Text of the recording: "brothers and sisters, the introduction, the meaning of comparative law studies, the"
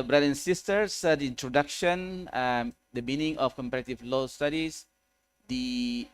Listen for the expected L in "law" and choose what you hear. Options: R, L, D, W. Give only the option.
L